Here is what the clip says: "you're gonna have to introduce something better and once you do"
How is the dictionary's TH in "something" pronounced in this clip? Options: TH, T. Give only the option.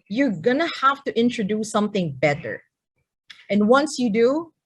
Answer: TH